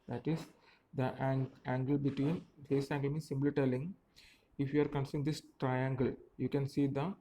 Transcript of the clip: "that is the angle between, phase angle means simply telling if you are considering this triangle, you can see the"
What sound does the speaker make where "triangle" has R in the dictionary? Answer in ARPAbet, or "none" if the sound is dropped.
R